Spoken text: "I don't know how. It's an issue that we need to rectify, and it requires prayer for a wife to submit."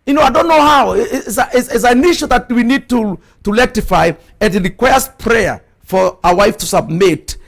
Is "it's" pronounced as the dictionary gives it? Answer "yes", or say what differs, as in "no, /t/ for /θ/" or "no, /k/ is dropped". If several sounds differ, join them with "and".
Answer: no, /s/ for /t/